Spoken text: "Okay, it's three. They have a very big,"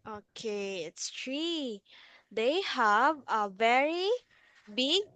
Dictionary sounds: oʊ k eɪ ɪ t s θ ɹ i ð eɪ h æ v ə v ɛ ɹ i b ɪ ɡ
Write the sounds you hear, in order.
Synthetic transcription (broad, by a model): oʊ k eɪ ɪ t s t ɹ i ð eɪ h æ v ə v ɛ ɹ i b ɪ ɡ